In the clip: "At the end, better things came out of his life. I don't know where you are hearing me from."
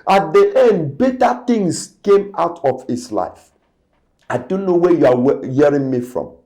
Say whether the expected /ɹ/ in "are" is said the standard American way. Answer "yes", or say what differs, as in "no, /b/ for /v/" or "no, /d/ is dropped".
no, /w/ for /ɹ/